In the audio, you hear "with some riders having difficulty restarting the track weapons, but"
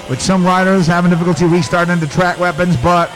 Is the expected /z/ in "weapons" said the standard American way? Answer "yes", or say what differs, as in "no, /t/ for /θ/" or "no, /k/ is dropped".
yes